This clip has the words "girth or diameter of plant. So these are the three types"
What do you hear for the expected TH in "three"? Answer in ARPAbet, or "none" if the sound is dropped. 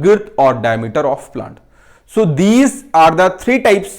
T